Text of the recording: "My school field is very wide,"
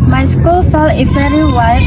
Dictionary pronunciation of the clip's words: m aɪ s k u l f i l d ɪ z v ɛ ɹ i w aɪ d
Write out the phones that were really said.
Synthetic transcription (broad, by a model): m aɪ s k u l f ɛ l ɪ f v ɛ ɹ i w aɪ